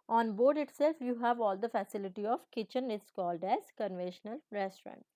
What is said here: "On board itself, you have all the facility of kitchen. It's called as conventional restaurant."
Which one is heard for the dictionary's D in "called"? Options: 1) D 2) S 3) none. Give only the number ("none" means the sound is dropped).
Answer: 1